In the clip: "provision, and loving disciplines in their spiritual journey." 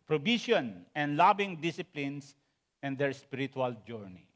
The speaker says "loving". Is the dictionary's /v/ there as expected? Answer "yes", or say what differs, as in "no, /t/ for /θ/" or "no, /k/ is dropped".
no, /b/ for /v/